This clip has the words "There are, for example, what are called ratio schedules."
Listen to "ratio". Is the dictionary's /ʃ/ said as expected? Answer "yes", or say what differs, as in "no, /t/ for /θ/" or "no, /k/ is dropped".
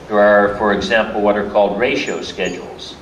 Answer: yes